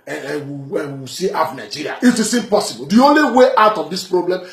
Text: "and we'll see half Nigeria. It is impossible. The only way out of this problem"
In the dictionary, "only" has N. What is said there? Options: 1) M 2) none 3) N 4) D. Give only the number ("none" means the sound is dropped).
3